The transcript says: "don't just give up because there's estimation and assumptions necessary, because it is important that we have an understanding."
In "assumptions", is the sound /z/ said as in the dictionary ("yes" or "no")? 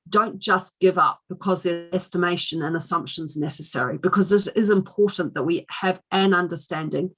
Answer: yes